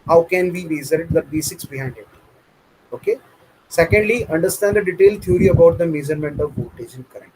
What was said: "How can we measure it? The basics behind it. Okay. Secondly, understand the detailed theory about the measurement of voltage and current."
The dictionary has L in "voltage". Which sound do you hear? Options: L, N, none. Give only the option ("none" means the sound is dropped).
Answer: none